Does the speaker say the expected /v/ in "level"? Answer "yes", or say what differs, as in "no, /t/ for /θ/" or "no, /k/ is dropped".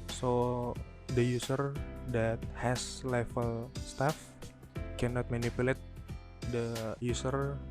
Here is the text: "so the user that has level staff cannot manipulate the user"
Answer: no, /f/ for /v/